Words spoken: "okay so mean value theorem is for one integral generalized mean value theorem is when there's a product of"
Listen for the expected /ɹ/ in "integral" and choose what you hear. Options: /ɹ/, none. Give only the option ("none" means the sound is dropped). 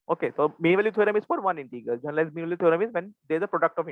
none